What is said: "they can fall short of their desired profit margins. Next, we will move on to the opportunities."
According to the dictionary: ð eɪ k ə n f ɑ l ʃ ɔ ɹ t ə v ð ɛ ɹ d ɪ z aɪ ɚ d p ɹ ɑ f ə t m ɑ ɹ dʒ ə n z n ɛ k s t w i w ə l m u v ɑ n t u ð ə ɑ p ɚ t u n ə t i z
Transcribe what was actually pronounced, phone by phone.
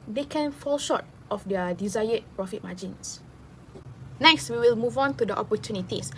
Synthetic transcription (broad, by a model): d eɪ k ə n f ɑ l ʃ ɔ t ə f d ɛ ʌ d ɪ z aɪ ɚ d p ɹ ɑ f ə t m ɑ dʒ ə n s n ɛ k s t w i w ə l m u v ɑ n t u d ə ɑ p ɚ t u n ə t i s